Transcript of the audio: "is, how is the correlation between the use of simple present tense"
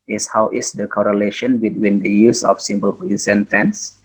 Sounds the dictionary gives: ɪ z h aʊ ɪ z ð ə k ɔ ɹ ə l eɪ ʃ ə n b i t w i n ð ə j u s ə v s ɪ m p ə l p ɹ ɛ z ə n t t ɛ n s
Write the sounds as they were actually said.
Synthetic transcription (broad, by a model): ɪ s h aʊ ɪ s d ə k ɔ ɹ ə l eɪ ʃ ə n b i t w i n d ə j u s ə f s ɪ m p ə l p i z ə n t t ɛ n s